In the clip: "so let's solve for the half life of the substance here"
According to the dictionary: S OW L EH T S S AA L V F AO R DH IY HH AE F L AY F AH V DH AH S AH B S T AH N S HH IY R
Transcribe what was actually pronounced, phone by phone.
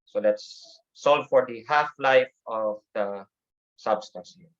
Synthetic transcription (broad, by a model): S OW L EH T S S AA L V F AO R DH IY HH AE F L AY F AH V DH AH S AH B S T AH N S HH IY